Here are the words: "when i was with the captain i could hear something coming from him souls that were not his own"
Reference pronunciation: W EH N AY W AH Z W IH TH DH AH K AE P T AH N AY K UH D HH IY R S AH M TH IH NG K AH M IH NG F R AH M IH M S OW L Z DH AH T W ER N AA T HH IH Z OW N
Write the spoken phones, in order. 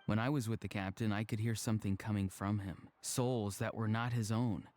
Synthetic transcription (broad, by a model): W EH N AY W AH Z W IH DH AH K AE P T AH N AY K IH D HH IY R S AH M TH IH NG K AH M IH NG F R AH M IH M S OW L Z DH AH T W ER N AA T HH IH Z OW N